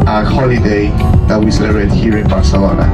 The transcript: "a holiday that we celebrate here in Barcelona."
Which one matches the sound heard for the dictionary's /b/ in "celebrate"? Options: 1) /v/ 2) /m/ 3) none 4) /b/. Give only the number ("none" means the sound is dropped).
3